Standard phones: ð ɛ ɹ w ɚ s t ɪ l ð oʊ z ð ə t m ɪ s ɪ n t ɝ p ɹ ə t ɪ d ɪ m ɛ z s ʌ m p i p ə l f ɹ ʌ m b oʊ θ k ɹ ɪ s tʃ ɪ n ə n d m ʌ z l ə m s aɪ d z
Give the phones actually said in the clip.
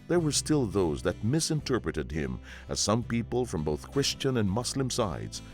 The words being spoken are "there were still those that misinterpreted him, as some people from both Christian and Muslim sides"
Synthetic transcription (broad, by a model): ð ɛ ɹ w ɚ s t ɪ l ð oʊ z ð ə t m ɪ s ɪ n t ɝ p ɹ ə t ɪ d ɪ m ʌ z s ʌ m p i p ə l f ɹ ʌ m b oʊ θ k ɹ ɪ s tʃ ɪ n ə n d m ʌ s l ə m s aɪ d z